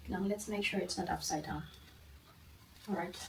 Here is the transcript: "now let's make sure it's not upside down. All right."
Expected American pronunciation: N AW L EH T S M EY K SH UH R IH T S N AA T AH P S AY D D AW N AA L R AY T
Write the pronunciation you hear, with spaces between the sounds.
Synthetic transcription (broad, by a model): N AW L EH T S M EY K SH UH R IH T S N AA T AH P S AY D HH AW AA L R AY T